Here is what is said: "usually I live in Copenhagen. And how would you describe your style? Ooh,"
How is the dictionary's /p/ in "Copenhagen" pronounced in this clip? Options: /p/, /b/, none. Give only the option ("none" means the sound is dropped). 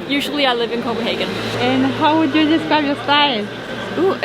/b/